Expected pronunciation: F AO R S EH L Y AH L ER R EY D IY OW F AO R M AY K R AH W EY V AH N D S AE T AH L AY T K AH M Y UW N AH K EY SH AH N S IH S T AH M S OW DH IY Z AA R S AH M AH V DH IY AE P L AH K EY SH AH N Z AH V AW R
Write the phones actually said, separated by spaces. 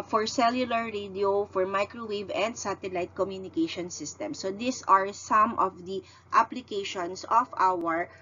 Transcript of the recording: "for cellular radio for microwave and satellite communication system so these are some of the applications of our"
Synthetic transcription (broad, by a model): F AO R S EH L Y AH L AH R EY D IY OW F AO R M AY K R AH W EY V AH N D S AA T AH L AY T K AH M Y UW N AH K EY SH AH N S IH S T AH M S OW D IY S AA R S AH M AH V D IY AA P L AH K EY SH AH N S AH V AW R